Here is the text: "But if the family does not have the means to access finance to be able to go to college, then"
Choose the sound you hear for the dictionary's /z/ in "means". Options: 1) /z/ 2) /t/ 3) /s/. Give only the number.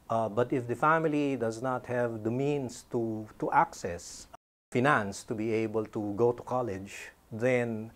3